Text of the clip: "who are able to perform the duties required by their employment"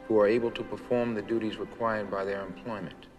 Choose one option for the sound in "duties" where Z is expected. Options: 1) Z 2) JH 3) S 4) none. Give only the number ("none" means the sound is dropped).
1